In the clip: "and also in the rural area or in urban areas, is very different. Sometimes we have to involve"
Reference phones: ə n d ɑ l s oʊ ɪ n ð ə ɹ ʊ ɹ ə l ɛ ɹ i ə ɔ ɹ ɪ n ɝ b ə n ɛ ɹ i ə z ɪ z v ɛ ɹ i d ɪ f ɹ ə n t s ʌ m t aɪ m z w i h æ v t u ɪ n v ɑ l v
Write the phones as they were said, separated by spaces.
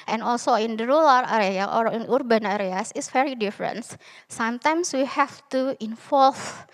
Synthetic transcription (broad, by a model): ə n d ɑ l s oʊ ɪ n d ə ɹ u l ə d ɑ ɹ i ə ɔ ɹ ɪ n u b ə n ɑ ɹ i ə s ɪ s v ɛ ɹ i d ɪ f ɹ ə n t s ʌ m t aɪ m s w i h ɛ f t u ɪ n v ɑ l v